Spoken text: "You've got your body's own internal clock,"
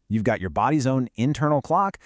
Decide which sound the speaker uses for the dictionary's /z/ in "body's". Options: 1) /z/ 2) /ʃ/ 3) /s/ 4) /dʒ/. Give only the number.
1